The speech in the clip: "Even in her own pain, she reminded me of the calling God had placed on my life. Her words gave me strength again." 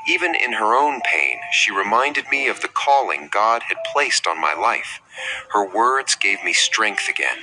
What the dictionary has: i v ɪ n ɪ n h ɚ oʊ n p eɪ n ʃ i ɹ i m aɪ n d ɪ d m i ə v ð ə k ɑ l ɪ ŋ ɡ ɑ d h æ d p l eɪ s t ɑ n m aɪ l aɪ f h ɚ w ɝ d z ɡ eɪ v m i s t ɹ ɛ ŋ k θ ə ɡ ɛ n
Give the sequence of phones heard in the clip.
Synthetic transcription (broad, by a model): i v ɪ n ɪ n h ɚ oʊ n p eɪ n ʃ i ɹ i m aɪ n d ɪ d m i ə v ð ə k ɑ l ɪ ŋ ɡ ɑ d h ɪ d p l eɪ s t n m aɪ l aɪ f h ɚ w ɝ d z ɡ eɪ v m i s t ɹ ɛ ŋ k θ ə ɡ ɛ n